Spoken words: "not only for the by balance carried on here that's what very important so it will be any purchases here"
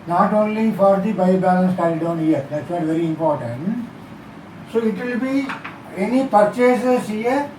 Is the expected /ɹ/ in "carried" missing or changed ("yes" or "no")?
yes